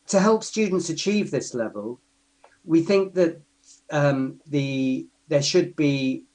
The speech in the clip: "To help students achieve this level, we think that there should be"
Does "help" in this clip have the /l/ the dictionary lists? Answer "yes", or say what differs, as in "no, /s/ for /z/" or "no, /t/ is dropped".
yes